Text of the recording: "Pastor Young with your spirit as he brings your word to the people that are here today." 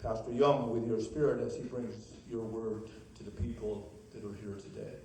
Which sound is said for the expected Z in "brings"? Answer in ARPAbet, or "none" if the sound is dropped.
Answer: Z